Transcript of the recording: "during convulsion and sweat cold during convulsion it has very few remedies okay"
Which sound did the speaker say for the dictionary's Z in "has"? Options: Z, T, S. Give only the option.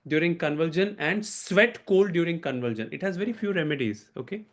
Z